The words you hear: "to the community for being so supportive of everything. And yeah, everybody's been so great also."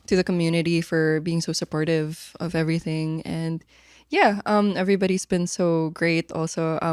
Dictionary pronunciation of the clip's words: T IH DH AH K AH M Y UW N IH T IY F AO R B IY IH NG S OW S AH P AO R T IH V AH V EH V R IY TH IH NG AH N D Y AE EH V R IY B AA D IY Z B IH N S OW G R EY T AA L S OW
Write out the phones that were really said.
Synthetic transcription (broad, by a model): T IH DH AH K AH M Y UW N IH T IY F AO R B IY IH NG S OW S AH P AO R T IH V AH V EH V R IY TH IH NG AH N D Y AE EH V R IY B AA D IY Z B IH N S OW G R EY T AA L S OW